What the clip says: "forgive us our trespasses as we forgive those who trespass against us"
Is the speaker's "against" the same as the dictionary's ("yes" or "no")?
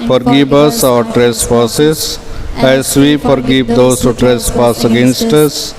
yes